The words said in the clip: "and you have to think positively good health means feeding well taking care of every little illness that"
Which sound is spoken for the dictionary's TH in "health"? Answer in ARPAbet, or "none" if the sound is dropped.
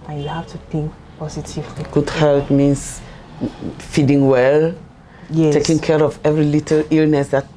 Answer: T